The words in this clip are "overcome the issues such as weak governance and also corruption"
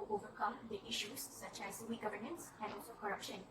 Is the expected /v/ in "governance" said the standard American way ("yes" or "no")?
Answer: yes